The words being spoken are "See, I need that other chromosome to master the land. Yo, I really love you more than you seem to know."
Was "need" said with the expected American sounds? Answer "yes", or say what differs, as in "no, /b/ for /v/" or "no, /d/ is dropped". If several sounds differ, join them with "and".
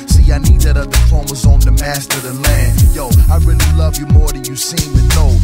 yes